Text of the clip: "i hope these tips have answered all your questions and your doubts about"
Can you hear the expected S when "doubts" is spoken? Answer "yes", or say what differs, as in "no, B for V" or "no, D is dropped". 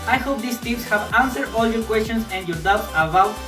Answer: no, S is dropped